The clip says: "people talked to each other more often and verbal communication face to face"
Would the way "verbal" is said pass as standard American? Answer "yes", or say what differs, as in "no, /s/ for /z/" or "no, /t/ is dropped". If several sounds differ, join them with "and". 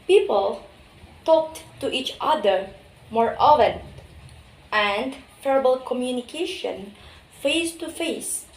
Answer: no, /f/ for /v/